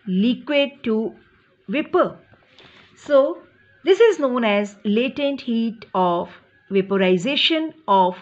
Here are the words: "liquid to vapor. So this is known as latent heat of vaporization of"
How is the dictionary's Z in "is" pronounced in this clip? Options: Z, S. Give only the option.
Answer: Z